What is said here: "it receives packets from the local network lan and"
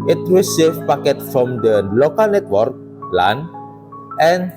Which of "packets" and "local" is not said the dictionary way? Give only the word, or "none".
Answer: packets